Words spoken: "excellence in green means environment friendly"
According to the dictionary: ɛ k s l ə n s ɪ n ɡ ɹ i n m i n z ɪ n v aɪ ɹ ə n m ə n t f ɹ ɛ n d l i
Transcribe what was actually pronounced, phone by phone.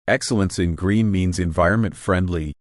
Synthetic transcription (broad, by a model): ɛ k s l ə n s ɪ n ɡ ɹ i n m i n z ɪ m v aɪ ɹ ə n m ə n t f ɹ ɛ n d l i